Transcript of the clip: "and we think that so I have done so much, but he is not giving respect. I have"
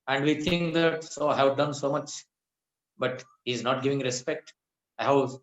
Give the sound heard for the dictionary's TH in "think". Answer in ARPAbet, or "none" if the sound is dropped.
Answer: T